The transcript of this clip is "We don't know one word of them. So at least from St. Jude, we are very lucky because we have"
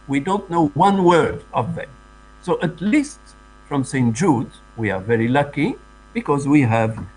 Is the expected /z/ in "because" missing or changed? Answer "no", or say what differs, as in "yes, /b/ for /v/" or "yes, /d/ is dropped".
no